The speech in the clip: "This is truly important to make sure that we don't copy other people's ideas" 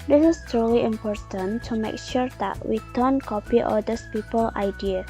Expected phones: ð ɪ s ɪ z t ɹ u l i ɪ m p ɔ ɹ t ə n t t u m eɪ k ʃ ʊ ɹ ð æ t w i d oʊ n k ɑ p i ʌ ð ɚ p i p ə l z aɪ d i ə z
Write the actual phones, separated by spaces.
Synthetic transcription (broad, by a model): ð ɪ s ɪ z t u l i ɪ m p ɔ ɹ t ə n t t u m eɪ k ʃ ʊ ɹ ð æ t w i d oʊ n k ɑ p i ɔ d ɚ p i p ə l aɪ d i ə